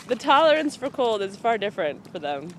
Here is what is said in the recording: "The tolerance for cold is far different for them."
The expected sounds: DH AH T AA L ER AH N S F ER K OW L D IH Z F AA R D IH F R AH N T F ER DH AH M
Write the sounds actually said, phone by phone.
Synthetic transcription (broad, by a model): DH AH T AA L ER AH N S F ER K OW L D IH Z F AA R D IH F R AH N T F ER DH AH M